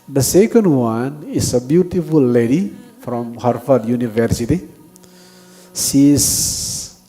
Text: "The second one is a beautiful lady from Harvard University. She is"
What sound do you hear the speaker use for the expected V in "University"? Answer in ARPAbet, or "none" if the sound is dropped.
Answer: V